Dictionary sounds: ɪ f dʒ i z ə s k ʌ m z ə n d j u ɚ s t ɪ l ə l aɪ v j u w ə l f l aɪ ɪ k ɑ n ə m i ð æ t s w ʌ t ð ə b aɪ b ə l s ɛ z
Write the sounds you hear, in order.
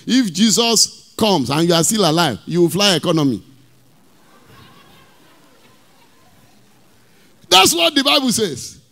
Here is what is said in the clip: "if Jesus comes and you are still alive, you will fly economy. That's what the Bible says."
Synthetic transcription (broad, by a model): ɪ f dʒ i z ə s k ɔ m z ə n j u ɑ s t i l ə l aɪ v j u w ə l f l aɪ ɪ k ɑ n ə m i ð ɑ t s w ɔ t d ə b aɪ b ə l s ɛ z